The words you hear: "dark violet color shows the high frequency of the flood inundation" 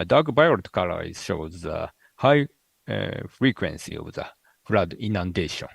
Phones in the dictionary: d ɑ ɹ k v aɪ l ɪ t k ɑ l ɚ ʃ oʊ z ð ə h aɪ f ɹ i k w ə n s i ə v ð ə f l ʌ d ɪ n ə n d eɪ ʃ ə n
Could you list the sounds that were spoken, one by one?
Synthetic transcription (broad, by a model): d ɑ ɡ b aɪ ɪ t k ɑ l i ʃ oʊ z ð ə h aɪ f ɹ i k w ə n s i ə v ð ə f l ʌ d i n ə n d eɪ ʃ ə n